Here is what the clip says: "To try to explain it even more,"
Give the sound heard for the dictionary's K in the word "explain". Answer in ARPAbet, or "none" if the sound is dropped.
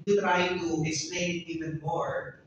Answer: none